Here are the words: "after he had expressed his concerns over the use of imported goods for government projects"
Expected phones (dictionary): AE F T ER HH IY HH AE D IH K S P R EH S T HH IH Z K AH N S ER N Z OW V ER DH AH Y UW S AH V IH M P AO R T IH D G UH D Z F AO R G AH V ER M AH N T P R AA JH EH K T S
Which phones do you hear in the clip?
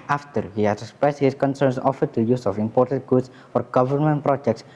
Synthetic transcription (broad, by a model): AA F T ER HH IY HH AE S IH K S P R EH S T HH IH S K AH N S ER N S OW F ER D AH Y UW S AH F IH M P AO R T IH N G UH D S F AO R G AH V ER M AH N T P R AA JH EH K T S